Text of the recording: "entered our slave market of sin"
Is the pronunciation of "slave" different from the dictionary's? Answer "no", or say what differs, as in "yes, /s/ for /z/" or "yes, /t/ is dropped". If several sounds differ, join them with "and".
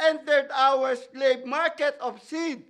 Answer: yes, /p/ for /v/